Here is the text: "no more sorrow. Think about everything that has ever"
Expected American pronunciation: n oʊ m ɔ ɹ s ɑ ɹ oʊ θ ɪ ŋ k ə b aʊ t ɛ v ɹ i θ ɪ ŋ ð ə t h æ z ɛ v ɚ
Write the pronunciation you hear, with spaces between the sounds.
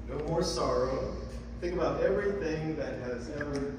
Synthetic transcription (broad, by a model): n oʊ m ɔ ɹ s ɑ ɹ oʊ θ ɪ ŋ k ə b aʊ t ɛ v ɹ i θ ɪ ŋ ð ə t h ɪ z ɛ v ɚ